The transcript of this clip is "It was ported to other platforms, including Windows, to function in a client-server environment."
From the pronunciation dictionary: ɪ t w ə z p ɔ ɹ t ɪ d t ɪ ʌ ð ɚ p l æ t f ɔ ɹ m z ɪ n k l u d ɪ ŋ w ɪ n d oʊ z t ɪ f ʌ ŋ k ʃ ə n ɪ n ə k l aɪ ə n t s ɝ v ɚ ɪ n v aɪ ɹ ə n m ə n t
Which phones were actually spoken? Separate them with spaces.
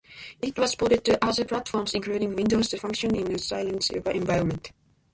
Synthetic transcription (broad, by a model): ɪ t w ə s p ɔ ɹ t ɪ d t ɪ ʌ ð ɚ p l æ t f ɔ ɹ m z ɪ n k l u d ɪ ŋ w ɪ n d oʊ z t ɪ f ʌ ŋ k ʃ ə n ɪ n ə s aɪ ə n s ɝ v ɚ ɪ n v aɪ ɹ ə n m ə n t